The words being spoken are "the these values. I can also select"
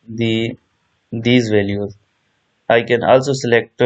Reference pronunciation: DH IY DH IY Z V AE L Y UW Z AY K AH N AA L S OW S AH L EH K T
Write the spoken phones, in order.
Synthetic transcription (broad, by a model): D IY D IY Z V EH L Y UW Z AY K AH N AA L S OW S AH L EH K T